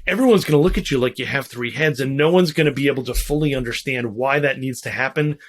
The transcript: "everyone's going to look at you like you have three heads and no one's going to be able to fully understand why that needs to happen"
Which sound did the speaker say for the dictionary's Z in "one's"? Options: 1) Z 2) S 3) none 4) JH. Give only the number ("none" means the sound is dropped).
1